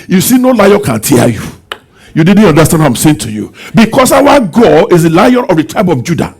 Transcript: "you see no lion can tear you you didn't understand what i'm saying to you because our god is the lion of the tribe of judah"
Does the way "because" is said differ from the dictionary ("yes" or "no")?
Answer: yes